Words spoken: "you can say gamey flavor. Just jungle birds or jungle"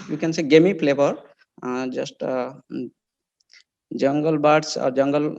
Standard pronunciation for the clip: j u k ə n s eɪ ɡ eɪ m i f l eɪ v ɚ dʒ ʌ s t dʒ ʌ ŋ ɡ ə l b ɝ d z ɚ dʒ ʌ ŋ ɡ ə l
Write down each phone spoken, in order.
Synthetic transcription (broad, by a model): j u k ə n s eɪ ɡ eɪ m i p l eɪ p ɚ dʒ ʌ s t dʒ ʌ ŋ ɡ ə l b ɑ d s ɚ dʒ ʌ ŋ ɡ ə l